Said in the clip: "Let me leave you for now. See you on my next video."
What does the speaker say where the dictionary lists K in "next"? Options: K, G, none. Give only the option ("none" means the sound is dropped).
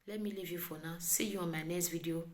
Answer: none